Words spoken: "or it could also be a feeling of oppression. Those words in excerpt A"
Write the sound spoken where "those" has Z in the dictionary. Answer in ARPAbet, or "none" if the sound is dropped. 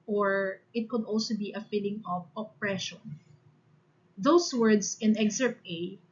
S